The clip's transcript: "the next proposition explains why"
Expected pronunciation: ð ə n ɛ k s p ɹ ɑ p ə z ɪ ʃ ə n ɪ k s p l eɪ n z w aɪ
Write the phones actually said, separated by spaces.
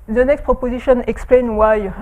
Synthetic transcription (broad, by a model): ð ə n ɛ k s p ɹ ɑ p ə z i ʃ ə n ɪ k s p l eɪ n w aɪ